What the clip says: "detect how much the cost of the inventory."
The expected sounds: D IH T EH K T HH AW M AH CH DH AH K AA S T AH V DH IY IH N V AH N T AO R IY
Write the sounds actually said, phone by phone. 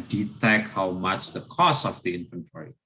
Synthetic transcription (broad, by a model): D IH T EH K HH AW M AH CH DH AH K AA S AH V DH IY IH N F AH N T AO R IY